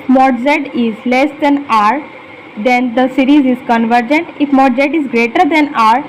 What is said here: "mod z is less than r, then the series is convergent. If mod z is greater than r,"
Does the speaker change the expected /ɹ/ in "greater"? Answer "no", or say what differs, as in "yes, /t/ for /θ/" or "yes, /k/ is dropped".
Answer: no